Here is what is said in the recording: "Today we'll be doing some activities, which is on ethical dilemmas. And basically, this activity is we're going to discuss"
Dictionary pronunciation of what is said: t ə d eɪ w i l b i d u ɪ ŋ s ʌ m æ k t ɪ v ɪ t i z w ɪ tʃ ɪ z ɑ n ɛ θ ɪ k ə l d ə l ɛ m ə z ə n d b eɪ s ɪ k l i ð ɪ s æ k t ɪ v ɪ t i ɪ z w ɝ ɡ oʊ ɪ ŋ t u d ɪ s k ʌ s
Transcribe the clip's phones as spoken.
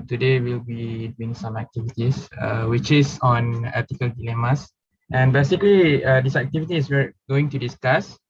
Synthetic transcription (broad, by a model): t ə d eɪ w i l b i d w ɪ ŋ s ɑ m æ k t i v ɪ t i s w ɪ tʃ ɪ s ɑ n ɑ t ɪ k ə l d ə l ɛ m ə s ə n b eɪ s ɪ k l i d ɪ s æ k t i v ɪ t i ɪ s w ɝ ɡ oʊ ɪ ŋ t u d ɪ s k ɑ s